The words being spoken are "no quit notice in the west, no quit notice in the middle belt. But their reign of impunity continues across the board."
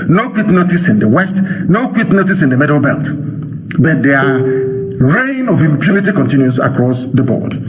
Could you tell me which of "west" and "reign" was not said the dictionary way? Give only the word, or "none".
none